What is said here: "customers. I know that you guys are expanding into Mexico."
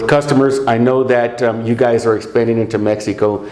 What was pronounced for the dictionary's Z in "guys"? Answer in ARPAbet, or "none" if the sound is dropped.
Z